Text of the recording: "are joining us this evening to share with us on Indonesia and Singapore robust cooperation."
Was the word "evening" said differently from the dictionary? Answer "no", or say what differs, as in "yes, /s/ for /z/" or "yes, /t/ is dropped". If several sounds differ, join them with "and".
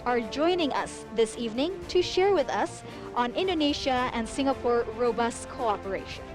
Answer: no